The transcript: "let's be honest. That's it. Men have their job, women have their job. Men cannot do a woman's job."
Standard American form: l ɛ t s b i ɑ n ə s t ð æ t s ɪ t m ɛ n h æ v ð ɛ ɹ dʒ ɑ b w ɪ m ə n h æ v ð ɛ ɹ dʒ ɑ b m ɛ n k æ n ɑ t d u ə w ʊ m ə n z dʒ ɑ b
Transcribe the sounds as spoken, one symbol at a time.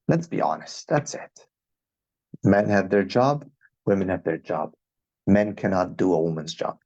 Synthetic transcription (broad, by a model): l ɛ t s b i ɑ n ə s t ð æ t s ɪ t m ɛ n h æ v ð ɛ ɹ dʒ ɑ b w ɪ m ə n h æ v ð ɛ ɹ dʒ ɑ b m ɛ n k æ n ɑ t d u ə w ʊ m ə n z dʒ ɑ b